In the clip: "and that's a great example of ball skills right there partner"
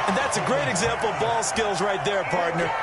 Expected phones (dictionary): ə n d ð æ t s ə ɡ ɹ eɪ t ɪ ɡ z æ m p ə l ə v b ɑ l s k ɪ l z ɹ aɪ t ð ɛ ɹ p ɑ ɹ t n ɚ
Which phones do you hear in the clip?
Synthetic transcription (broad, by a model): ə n ð æ t s ə ɡ ɹ eɪ t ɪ ɡ z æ m p l ə v ɑ l s k ɪ l z ɹ aɪ t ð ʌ ɹ p ɑ ɹ t n ɚ